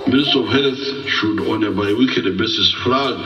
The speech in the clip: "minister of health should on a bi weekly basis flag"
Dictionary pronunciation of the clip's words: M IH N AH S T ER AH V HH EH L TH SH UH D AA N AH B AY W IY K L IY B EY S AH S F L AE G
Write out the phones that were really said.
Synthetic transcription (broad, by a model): M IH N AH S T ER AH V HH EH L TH SH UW D AA N AH B AY W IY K IY B EY S AH S F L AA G